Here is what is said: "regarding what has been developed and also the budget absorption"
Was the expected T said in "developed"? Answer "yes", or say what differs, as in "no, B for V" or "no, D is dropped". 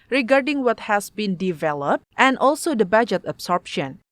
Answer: yes